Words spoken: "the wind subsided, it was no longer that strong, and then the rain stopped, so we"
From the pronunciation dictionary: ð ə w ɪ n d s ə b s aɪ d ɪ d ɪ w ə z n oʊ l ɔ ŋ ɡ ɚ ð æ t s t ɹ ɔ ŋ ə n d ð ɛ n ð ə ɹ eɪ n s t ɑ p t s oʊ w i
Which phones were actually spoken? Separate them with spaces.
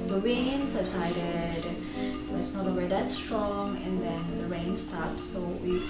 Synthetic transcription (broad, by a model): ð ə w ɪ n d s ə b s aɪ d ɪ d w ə s n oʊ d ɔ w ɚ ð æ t s t ɹ ɔ ŋ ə n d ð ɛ n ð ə ɹ eɪ n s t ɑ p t s oʊ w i